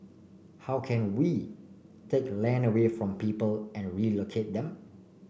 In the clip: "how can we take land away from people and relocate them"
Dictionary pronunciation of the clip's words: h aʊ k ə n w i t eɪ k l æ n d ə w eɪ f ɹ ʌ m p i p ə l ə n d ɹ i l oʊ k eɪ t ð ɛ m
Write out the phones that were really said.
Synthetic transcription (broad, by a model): h aʊ k ə n w i t eɪ k l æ n ə w eɪ f ɹ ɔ m p i p ə l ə n ɹ i l oʊ k eɪ t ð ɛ m